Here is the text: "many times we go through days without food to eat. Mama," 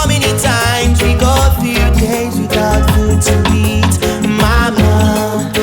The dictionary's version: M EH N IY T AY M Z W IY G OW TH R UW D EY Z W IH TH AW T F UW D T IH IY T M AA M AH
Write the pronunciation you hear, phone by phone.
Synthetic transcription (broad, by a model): M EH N IY T AY M Z W IY G OW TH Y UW D EY Z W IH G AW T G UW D T IH IY T M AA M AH